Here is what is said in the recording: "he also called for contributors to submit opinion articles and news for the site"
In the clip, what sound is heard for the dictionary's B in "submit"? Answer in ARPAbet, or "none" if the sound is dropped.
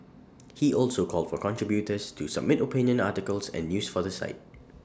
B